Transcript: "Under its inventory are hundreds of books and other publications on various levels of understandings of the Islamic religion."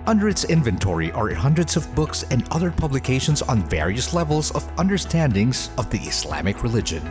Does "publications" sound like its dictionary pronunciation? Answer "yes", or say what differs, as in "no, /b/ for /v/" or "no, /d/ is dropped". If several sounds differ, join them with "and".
yes